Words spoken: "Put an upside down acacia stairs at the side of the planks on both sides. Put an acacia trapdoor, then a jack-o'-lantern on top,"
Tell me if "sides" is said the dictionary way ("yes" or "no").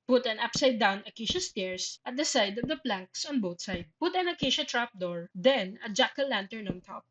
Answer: no